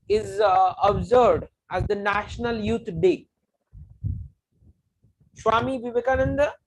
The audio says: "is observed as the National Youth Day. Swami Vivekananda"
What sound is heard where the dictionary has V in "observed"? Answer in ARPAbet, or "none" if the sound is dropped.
none